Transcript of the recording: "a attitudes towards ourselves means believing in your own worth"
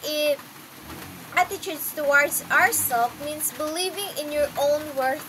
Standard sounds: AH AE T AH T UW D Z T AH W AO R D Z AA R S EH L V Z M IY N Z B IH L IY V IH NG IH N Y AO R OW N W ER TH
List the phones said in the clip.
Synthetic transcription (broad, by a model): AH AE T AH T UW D S T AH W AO R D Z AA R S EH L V M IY N S B IH L IY V IH NG IH N Y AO R OW N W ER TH